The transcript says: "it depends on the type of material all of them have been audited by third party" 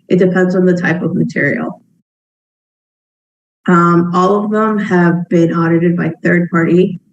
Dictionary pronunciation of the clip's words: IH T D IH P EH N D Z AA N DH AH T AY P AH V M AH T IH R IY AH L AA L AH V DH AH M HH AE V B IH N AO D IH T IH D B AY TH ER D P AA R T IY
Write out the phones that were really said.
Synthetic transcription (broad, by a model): IH T D IH P EH N D Z N DH AH T AY P AH V M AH T IH R IY AH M AA L AH V DH AH M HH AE V B IH N AO D IH T IH D B AY TH ER D P AA R T IY